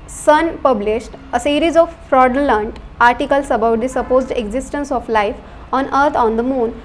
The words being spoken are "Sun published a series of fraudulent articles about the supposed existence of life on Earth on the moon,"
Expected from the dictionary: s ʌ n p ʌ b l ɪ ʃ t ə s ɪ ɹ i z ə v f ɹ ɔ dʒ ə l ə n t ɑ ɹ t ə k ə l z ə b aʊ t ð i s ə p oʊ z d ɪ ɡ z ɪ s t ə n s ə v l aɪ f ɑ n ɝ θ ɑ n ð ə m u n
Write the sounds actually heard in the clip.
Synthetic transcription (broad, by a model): s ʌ n p ʌ b l ɪ ʃ t ə s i ɹ i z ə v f ɹ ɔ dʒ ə l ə n t ɑ ɹ t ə k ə l s ə b aʊ t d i s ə p oʊ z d ɪ ɡ z ɪ s t ə n s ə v l aɪ f ɑ n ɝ t ɑ n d ə m u n